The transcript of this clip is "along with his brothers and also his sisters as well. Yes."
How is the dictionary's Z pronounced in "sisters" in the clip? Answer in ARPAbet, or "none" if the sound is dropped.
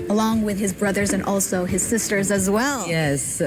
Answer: Z